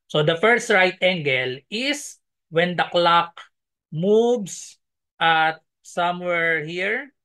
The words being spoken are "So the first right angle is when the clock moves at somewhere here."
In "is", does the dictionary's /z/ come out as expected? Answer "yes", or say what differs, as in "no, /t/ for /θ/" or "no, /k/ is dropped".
no, /s/ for /z/